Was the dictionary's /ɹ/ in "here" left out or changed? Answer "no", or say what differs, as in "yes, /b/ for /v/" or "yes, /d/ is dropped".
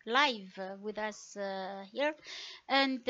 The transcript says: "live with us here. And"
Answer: no